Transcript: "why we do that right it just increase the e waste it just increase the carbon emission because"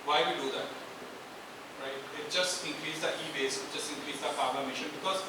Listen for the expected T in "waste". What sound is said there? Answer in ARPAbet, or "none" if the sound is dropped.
none